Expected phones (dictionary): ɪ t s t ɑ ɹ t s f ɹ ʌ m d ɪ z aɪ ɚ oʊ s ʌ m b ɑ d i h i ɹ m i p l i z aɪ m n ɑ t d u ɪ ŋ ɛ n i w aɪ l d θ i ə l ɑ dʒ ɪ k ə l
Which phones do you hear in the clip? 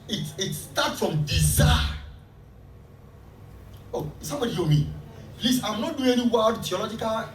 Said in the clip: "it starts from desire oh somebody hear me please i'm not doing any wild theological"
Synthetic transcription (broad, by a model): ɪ t s t ɑ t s f ɹ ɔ m d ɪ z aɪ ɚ oʊ s ʌ m b ɑ d i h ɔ m i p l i s aɪ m n ɑ t d u ɪ ŋ ɛ n i w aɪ d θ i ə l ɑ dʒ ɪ k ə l